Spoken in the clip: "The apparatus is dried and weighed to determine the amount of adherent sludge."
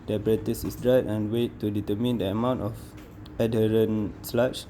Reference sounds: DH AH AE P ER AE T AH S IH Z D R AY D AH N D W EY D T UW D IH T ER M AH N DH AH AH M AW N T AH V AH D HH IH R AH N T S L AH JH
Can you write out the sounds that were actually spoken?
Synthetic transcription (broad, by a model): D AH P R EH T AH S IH S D R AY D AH N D W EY T UW D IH T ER M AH N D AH AH M AW N T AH F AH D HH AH R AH N S L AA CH